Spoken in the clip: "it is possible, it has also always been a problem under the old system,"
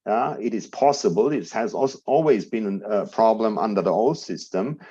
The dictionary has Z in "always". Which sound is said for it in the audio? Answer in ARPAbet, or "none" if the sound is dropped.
Z